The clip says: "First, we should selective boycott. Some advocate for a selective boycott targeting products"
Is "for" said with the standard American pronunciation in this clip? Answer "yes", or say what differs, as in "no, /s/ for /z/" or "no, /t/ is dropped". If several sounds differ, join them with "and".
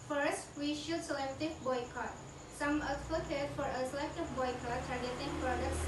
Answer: yes